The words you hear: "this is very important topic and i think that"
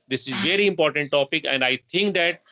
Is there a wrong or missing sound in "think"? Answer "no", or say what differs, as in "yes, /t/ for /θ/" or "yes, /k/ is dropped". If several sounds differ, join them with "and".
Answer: yes, /t/ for /θ/